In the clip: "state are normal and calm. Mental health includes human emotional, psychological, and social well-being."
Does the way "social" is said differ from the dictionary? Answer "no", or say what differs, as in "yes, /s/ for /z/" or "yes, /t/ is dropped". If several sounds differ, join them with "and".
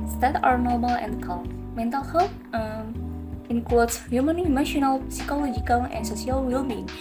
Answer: yes, /s/ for /ʃ/